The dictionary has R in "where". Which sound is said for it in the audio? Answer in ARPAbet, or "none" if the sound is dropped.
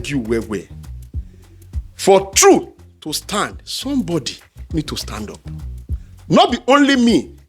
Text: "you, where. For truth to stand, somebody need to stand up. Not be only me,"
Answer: W